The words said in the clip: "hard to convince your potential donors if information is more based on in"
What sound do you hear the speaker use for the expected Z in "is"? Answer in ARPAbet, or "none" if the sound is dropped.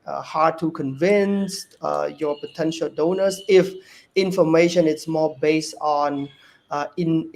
S